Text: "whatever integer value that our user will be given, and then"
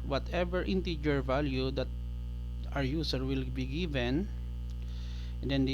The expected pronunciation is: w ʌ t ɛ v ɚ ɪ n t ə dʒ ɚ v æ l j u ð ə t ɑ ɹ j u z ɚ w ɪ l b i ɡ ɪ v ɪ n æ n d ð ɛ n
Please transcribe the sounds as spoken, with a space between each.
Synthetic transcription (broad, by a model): w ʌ t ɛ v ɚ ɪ n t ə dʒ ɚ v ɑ l j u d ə t ɑ ɹ j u s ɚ w ɪ l b i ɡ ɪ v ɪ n n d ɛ n